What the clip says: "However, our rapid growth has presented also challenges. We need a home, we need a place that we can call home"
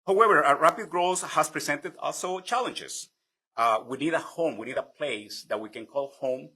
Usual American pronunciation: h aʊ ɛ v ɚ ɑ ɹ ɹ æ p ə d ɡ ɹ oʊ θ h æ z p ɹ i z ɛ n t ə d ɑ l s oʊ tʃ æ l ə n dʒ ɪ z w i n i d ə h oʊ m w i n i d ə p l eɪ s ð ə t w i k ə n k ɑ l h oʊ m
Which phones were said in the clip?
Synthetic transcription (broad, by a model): h aʊ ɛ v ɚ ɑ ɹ ɹ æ p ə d ɡ ɹ oʊ s h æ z p ɹ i s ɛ n t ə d ɑ l s oʊ tʃ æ l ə n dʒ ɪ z w i n i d ə h oʊ m w i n i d ə p l eɪ s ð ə t w i k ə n k ɑ l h oʊ m